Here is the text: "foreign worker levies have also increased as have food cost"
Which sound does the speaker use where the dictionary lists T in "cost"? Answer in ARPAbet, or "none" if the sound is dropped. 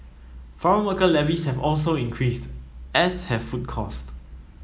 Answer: T